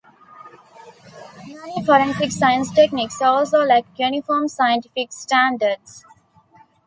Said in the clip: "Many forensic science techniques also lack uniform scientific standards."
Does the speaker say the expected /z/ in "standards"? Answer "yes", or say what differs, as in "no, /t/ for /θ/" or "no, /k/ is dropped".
no, /s/ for /z/